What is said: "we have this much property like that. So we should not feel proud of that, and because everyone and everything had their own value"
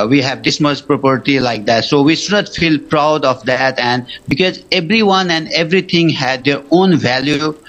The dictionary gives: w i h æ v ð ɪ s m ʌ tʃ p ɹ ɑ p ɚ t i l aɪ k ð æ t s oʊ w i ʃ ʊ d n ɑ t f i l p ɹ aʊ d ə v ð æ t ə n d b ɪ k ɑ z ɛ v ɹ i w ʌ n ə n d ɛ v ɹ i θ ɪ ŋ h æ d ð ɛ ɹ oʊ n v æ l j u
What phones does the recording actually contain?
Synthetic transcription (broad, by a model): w i h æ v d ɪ s m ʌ s p ɹ ɑ p ɚ t i l aɪ k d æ t s oʊ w i ʃ ʊ d n ɑ t f i l p ɹ aʊ d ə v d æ t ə n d b ɪ k ɑ z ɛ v ɹ i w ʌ n ə n d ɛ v ɹ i t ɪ ŋ h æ d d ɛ ɹ oʊ n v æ l j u